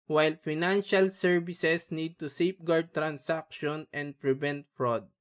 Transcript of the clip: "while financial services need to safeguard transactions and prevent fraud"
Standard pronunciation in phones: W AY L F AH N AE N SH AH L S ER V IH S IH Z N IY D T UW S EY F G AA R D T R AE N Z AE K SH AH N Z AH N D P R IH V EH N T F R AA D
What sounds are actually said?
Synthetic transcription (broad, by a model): W AY L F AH N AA N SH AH L S ER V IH S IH S N IY D T UW S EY P G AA R D T R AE N S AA K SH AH N AH N D P R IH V EH N T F R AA D